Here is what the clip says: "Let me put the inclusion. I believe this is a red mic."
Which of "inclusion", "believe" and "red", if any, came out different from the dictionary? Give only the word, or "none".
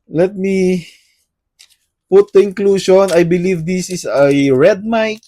inclusion